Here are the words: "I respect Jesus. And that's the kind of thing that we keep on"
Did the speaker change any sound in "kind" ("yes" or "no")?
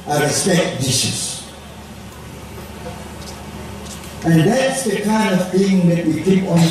no